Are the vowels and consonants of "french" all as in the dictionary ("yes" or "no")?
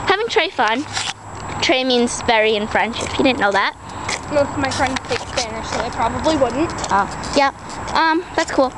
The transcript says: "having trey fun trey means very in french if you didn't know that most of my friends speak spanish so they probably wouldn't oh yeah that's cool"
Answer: no